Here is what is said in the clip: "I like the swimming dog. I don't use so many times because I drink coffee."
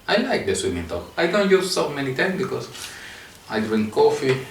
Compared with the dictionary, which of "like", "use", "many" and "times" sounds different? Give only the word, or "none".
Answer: times